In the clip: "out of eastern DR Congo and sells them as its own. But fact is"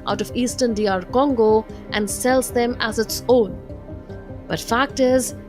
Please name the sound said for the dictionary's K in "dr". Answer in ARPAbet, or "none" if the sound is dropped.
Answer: none